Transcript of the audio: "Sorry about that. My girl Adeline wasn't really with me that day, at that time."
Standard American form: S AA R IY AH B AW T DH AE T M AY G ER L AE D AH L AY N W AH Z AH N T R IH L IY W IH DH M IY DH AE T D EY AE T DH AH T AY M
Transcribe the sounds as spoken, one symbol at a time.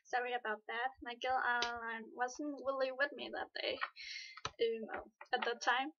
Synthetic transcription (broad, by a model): S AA R IY AH B AW T DH AE T M AY G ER L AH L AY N W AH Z N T W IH L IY W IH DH M IY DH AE T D EY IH T DH AH T AY M